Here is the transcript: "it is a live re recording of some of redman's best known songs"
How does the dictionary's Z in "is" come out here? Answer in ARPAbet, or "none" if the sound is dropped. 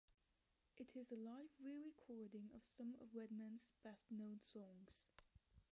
Z